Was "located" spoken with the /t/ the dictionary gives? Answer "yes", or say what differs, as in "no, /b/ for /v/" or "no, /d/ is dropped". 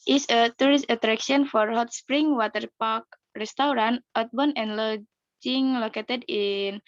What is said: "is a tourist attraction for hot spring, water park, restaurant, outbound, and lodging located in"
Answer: yes